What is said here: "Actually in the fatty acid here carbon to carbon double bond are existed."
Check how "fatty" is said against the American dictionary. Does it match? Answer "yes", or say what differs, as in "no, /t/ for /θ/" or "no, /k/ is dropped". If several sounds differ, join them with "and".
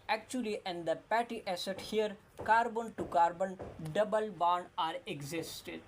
no, /p/ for /f/